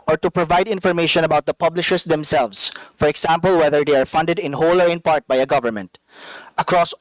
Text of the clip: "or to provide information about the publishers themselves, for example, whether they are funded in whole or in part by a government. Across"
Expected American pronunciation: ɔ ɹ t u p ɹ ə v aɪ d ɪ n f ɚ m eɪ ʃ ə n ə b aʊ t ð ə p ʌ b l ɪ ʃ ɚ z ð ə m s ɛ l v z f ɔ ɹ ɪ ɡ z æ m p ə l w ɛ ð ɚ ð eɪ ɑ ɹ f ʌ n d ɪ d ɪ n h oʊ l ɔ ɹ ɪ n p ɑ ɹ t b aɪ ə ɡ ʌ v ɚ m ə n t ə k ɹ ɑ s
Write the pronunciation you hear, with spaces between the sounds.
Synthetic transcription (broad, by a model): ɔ ɹ t u p ɹ ə v aɪ d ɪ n f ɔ m eɪ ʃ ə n ə b aʊ t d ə p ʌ b l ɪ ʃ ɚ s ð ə m s ɛ l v s f ɔ ɹ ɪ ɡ s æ m p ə l w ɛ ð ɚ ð eɪ ɑ ɹ f ʌ n d ɪ d ɪ n h oʊ l ɔ ɹ ɪ n p ɑ ɹ t b aɪ ə ɡ ʌ v ɚ m ə n t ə k ɹ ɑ s